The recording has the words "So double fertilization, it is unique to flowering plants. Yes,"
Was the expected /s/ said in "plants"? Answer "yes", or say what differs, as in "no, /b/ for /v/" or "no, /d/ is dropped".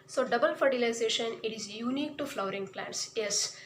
yes